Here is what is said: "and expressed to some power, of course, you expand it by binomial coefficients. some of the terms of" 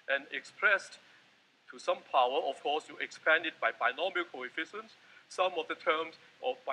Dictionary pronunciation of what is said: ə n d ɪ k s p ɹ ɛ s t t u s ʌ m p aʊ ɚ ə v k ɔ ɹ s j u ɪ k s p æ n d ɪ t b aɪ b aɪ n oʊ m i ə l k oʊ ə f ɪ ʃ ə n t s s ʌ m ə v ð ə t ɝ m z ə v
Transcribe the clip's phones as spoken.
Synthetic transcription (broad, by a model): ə n ɪ k s p ɹ ɛ s t t u s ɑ m p aʊ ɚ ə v k ɔ s j u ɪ k s p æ n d ɪ t b aɪ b aɪ n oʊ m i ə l k oʊ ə f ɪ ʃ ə n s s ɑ m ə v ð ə t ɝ m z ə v